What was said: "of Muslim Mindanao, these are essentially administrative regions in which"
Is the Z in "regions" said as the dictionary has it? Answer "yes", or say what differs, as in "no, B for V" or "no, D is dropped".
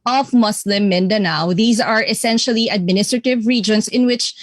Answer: no, S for Z